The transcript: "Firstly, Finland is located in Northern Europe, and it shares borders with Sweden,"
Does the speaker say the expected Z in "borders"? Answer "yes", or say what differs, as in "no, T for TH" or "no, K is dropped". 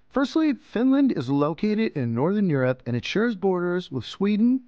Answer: yes